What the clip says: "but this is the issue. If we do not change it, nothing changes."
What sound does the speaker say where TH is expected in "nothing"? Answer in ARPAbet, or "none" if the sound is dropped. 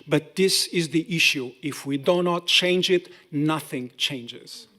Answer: TH